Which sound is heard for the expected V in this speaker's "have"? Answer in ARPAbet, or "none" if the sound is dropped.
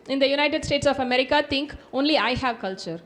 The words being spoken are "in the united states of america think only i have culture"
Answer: V